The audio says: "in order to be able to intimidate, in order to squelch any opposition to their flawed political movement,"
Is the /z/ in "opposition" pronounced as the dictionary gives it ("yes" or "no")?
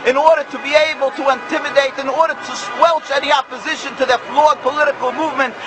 yes